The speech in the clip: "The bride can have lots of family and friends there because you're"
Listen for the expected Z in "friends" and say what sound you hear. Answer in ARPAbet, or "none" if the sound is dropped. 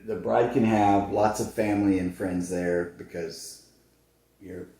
Z